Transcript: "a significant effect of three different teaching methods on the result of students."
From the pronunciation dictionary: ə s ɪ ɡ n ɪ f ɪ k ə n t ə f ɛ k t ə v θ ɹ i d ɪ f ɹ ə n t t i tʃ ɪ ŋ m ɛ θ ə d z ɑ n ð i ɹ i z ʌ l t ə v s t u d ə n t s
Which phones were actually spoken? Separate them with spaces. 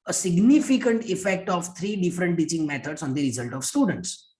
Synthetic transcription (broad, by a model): ə s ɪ ɡ n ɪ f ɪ k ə n t ə f ɛ k t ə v t ɹ i d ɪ f ɹ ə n t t i tʃ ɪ ŋ m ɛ t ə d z ɑ n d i ɹ i z ʌ l t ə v s t u d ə n t s